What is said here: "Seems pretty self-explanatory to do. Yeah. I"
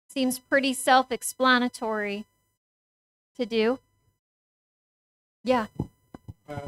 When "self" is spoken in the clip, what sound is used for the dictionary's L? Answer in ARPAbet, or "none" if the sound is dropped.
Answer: L